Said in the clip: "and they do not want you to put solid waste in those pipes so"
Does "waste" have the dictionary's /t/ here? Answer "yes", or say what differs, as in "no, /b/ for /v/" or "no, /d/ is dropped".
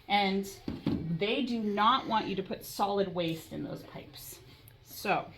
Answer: yes